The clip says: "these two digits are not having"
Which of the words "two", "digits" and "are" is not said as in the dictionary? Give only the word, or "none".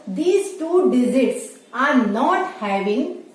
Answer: digits